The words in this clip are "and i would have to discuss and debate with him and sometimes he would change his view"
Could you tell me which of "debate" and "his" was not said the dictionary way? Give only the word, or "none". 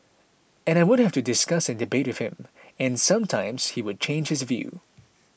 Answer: none